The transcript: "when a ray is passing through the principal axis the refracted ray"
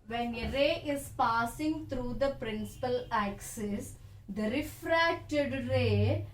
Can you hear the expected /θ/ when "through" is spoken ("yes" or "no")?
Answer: no